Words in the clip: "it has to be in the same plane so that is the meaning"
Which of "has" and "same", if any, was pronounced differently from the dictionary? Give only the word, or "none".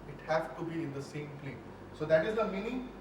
has